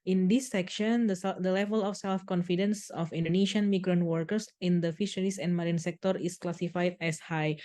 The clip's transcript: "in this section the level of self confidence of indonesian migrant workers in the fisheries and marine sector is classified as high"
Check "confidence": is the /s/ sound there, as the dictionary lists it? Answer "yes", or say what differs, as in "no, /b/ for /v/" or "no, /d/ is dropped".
yes